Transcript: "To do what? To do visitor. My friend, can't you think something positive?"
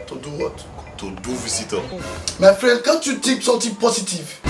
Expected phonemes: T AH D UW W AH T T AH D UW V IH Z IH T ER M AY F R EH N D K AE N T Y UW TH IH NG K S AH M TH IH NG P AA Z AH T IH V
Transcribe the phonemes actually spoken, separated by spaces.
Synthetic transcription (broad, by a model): T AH D UW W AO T T AH D UW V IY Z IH T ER M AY F R EH N D K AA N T Y UW T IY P S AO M T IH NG P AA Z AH T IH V